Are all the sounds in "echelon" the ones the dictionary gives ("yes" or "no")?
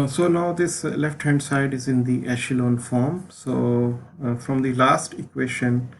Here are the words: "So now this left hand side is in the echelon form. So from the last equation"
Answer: yes